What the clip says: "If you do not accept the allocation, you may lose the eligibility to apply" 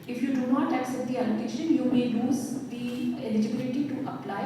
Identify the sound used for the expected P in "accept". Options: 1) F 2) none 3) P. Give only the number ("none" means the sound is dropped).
2